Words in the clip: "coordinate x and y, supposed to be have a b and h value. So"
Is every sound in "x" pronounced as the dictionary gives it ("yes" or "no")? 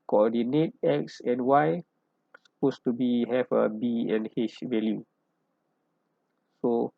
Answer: yes